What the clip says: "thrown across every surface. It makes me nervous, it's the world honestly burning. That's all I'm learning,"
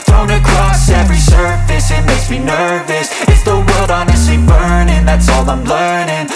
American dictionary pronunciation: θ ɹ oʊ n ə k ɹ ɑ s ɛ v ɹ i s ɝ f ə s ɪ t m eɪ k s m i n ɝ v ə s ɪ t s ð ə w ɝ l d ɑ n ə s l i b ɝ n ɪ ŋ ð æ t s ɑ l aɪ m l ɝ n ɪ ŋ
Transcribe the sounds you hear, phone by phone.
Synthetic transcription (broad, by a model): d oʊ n ə k ɹ ɑ s ɛ v ɹ i s ɝ f ə s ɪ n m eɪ s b i n ɝ v ə s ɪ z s ð ə w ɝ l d ɑ n ə s l i b ɝ n ɪ ŋ ð æ t s ɑ l aɪ m l ɝ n ɪ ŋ